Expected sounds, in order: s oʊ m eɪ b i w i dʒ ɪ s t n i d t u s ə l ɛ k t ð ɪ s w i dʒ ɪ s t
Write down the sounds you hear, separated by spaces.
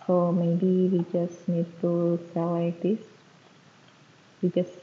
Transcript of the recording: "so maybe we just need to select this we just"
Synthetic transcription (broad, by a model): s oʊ m eɪ b i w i dʒ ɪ s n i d t u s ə w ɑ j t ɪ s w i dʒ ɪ s